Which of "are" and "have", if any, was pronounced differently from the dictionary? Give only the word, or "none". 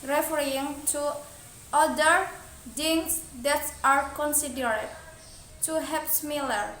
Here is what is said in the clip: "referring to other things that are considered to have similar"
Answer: have